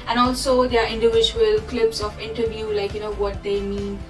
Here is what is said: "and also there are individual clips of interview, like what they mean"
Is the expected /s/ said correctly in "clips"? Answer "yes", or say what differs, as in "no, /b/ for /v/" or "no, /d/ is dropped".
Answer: yes